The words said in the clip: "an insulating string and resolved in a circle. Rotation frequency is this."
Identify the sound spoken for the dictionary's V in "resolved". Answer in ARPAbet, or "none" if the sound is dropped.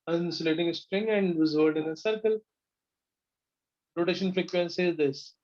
none